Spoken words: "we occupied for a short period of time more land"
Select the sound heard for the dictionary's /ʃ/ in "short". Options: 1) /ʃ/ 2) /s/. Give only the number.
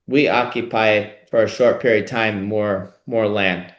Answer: 1